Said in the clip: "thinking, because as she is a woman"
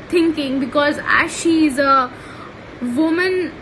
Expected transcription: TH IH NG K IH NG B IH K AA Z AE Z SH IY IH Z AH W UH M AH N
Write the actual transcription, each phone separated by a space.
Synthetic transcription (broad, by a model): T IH NG K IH NG B IH K AA Z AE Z SH IY IH Z AH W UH M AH N